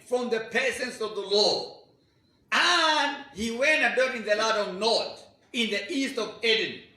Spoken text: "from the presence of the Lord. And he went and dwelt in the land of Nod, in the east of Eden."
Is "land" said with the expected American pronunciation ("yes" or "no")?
no